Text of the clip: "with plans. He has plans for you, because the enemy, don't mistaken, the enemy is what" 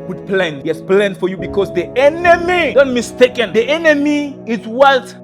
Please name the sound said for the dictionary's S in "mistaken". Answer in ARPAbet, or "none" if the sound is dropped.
S